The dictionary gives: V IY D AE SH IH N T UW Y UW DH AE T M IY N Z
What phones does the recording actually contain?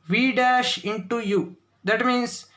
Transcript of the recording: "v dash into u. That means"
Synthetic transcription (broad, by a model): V IY D AE SH IH N T UW Y UW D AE T M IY N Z